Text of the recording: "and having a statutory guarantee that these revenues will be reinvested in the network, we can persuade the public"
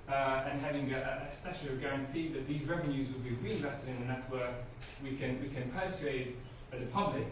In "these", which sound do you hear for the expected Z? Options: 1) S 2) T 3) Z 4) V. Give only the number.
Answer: 3